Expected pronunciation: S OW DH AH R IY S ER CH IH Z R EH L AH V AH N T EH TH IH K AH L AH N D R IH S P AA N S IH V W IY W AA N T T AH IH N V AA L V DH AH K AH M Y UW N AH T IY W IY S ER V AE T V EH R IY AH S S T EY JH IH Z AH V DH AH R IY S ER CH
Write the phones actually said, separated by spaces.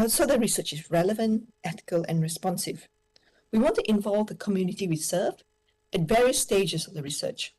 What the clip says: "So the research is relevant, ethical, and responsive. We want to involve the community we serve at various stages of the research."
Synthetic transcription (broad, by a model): S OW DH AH R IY S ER CH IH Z R EH L AH V AH N T EH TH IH K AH L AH N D R IH S P AA N S IH V W IY W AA N T T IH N V AA L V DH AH K AH M Y UW N AH T IY W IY S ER F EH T V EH R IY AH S S T EY JH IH S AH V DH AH R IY S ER CH